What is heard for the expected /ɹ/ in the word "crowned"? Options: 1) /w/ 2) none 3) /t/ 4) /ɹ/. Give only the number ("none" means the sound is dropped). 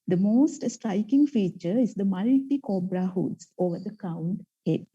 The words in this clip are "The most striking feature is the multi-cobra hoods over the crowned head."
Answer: 2